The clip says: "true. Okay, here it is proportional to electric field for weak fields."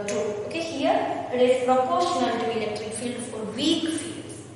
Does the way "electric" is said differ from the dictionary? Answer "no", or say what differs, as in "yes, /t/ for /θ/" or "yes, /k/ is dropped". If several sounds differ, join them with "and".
no